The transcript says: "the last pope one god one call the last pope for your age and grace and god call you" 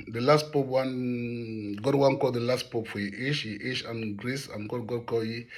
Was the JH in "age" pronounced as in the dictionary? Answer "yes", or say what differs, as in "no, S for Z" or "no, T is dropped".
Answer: no, SH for JH